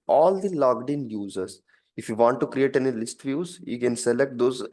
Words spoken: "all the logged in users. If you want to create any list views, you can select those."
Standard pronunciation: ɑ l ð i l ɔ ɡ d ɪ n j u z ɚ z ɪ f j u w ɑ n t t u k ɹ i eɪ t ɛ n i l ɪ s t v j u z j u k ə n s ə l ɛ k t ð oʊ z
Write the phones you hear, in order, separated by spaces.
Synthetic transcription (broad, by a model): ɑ l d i l ɔ ɡ d ɪ n j u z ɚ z ɪ f j u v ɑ n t t u k ɹ i eɪ t ɛ n i l ɪ s t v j u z j u k ə n s ə l ɛ k t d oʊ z